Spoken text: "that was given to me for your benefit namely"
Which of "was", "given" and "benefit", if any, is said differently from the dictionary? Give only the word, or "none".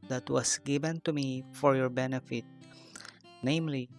was